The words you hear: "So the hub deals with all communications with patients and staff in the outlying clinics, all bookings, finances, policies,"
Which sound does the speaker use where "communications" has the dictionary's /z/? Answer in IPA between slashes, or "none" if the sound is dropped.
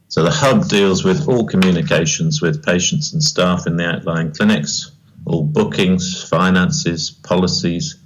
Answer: /z/